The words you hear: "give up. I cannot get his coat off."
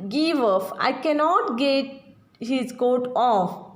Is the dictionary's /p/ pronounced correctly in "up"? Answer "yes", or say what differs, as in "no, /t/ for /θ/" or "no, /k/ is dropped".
no, /f/ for /p/